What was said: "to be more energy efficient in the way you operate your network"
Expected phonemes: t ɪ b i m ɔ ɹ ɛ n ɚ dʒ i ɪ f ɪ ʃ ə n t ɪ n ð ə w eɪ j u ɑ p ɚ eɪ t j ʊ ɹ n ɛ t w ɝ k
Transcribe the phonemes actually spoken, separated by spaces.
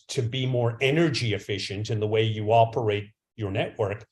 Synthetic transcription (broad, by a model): t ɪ b i m ɔ ɹ ɛ n ɚ dʒ i ɪ f ɪ ʃ ə n t ɪ n ð ə w eɪ j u ɑ p ɚ eɪ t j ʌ ɹ n ɛ t w ɝ k